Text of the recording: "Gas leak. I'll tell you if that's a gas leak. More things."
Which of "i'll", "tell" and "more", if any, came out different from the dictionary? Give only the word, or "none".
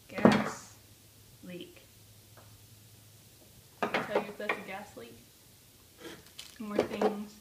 i'll